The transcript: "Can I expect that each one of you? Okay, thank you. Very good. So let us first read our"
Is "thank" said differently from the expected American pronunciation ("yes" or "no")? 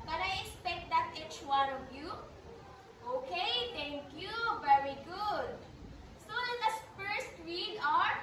yes